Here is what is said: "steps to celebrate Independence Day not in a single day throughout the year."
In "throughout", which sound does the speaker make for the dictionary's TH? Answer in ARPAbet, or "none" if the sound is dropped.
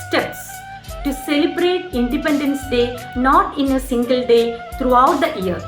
T